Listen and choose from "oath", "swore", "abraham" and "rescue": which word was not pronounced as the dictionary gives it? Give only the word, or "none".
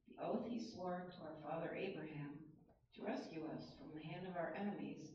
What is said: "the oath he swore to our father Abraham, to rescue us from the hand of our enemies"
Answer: none